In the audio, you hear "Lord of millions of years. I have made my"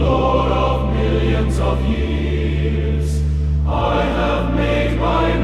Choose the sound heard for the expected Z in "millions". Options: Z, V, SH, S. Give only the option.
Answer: Z